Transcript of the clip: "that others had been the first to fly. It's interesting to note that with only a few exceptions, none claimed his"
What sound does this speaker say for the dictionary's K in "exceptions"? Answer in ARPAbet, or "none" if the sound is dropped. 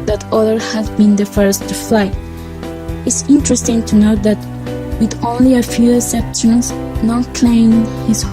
none